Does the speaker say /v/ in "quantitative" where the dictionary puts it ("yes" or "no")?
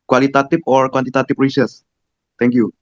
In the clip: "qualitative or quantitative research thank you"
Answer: no